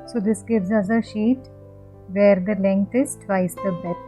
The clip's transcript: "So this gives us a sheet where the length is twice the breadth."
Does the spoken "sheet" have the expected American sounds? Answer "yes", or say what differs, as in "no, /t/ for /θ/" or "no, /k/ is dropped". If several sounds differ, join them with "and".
yes